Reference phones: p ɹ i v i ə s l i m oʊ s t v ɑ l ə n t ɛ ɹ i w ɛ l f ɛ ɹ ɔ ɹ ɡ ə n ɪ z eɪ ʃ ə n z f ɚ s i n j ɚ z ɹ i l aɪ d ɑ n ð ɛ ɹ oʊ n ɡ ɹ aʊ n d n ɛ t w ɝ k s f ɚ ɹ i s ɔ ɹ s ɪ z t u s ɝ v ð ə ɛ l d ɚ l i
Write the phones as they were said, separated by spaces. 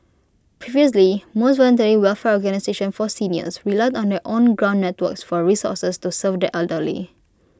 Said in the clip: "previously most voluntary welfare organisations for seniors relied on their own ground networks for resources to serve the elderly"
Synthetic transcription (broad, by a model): p ɹ i v i ə s l i m oʊ s t v ɑ l ə n t ɛ ɹ i w ɛ l f ɛ ɹ ɔ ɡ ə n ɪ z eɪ ʃ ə n f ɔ s i n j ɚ s ɹ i l aɪ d ɑ n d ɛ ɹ oʊ n ɡ ɹ aʊ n n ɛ t w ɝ k s f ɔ ɹ i s ɔ s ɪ s t u s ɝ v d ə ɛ l d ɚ l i